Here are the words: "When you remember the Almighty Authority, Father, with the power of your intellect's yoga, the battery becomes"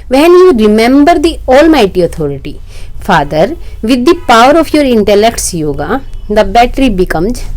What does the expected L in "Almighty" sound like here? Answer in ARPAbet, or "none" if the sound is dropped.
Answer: L